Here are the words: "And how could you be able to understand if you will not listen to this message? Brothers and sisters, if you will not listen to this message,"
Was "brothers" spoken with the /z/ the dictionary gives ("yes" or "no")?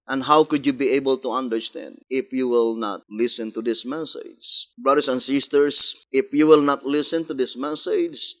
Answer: no